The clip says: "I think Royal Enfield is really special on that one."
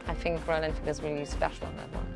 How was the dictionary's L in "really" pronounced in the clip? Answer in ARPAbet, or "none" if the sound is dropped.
none